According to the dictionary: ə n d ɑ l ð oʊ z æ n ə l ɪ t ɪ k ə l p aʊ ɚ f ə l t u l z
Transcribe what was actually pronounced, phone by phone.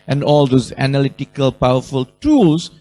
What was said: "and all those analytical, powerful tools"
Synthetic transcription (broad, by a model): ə n d ɑ l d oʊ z æ n ə l ɪ t ɪ k ə l p aʊ ɚ f ə l t u l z